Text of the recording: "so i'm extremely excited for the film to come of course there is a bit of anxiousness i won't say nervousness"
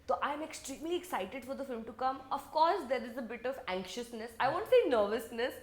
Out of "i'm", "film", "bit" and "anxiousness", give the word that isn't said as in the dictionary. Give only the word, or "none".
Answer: none